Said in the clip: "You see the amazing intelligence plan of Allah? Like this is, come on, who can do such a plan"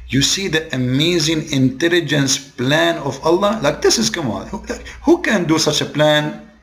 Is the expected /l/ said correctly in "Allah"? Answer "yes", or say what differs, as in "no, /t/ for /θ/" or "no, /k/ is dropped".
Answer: yes